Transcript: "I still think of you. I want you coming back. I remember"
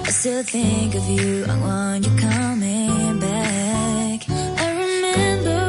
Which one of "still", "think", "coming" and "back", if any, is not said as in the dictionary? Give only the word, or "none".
none